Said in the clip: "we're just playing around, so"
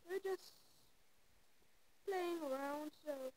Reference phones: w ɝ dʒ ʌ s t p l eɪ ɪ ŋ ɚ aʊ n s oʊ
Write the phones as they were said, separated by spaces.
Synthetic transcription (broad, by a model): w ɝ dʒ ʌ s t p l eɪ ɪ ŋ ɚ aʊ n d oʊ